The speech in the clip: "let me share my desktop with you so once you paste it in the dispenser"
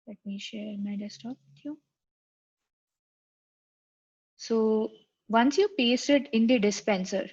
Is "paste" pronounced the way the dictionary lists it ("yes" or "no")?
yes